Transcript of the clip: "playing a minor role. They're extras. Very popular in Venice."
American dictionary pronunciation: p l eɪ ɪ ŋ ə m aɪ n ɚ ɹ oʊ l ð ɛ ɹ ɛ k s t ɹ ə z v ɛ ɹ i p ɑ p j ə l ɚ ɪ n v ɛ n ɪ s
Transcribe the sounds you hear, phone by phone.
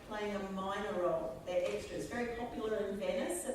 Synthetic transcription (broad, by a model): p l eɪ ɪ ŋ ə m aɪ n ɚ ɹ oʊ l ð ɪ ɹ ɛ k s t ɹ ə z v ɛ ɹ i p ɑ p j ə ɚ ɪ n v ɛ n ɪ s